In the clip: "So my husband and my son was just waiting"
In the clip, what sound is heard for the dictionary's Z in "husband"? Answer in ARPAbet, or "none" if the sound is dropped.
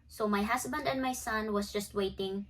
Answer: S